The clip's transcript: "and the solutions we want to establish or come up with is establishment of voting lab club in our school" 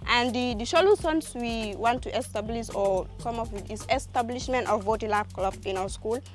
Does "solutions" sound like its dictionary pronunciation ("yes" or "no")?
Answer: no